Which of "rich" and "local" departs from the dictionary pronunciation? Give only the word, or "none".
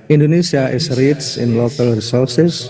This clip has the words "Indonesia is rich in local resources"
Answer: rich